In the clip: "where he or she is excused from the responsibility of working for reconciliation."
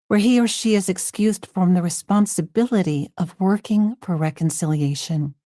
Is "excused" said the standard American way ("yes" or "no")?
yes